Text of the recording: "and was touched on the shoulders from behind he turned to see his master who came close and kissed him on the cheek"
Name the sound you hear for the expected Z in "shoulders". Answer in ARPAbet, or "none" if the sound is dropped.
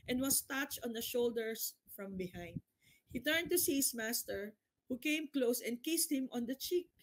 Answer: S